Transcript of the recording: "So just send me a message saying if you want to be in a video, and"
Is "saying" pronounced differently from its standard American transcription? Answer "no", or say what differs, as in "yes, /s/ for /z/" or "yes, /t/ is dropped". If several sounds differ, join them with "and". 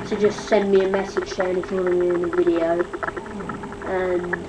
yes, /ʃ/ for /s/